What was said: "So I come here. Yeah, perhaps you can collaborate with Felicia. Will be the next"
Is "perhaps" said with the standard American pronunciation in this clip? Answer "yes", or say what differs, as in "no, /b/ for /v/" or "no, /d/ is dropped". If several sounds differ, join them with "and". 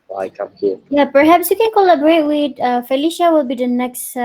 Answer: yes